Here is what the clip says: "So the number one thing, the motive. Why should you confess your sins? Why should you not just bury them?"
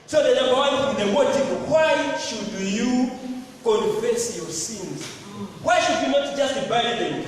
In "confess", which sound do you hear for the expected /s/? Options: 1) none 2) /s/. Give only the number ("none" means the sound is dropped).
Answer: 2